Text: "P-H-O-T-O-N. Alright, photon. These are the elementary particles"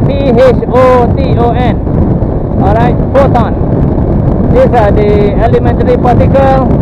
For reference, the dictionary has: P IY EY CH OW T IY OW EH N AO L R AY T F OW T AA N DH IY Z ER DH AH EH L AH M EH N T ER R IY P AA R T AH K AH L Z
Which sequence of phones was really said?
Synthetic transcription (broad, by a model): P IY EY CH OW T IY OW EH N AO R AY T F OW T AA N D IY S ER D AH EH L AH M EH N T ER R IY P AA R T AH K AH L